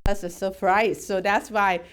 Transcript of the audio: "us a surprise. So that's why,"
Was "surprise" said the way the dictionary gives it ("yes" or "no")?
no